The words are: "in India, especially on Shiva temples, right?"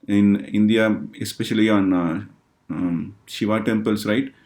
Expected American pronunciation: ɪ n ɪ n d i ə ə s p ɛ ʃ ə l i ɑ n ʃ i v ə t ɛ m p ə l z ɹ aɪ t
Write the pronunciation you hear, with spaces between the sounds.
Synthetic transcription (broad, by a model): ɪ n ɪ n d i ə ə s p ɛ ʃ ə l i ɑ n ʃ i v ə t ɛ m p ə l s ɹ aɪ t